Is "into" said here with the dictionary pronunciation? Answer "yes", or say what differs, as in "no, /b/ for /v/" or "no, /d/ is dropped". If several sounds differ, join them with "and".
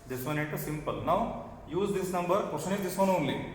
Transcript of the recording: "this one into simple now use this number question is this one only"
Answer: no, /n/ is dropped